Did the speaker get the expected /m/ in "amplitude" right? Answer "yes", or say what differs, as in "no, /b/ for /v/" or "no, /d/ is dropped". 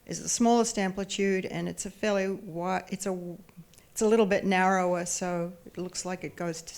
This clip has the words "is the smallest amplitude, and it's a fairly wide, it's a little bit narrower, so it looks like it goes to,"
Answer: yes